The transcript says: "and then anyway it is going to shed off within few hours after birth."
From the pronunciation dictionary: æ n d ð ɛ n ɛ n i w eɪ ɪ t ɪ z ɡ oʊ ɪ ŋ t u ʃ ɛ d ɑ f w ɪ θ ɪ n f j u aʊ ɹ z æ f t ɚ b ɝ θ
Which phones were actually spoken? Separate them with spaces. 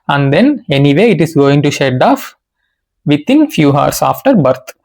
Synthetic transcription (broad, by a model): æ n d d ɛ n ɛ n i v eɪ ɪ t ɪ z ɡ oʊ ɪ ŋ t u ʃ ɛ d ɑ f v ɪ t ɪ n f j u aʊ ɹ s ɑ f t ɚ b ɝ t